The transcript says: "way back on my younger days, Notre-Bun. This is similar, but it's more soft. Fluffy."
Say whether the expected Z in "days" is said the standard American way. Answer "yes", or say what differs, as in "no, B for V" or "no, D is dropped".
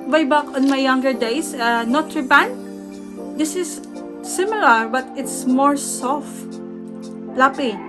no, S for Z